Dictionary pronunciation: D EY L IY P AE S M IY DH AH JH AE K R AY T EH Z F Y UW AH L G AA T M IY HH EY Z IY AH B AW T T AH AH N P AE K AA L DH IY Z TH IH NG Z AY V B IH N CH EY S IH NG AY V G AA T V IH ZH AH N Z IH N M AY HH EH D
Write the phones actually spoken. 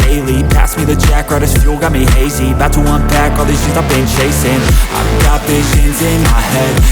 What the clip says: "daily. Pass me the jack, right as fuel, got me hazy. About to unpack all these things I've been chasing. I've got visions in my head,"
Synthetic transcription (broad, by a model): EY L IY P AE S M IY DH AH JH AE K R AY T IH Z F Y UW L G AA T M IY HH EY Z IY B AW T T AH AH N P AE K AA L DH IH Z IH Z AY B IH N CH EY S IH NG AY V G AA T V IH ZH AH N Z IH N M AY HH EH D